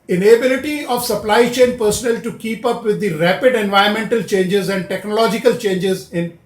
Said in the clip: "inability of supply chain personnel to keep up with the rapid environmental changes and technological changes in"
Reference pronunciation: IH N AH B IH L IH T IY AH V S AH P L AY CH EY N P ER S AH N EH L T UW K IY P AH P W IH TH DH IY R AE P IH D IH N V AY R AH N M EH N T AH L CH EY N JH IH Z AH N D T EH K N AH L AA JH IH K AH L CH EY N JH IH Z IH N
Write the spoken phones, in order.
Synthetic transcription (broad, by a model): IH N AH B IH L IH T IY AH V S AH P L AY CH EY N P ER S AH N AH L T UW K IY P AH P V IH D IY R AE P IH D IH N V AY AH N M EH N T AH L CH EY N JH IH Z AH N D T EH K N AH L AA JH IH K AH L CH EY N JH IH Z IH N